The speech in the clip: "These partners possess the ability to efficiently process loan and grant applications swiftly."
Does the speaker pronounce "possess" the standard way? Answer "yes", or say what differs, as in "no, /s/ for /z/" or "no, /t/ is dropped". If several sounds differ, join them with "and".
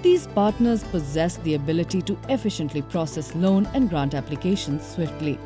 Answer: yes